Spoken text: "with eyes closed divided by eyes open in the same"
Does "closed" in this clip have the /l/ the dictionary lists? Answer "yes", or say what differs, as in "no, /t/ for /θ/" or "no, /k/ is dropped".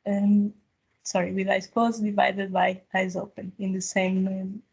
no, /w/ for /l/